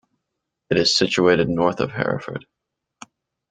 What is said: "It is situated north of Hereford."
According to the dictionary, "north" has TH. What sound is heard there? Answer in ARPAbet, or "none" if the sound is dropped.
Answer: TH